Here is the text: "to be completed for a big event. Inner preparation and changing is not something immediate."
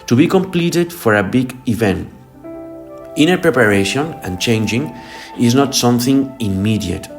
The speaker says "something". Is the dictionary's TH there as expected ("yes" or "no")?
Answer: yes